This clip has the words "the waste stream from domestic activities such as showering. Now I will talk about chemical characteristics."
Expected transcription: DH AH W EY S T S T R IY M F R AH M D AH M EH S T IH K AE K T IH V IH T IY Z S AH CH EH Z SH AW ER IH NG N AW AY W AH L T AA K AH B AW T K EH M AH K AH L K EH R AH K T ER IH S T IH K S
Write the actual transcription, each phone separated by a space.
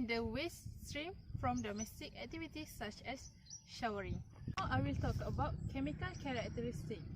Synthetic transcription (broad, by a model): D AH W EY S S T R IY M F R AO M D AH M EH S T IH K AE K T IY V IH T IY S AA CH EH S SH AW ER IH NG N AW AY W AH L T AA K AH B AW T K EH M AH K AH L K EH R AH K T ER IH S T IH K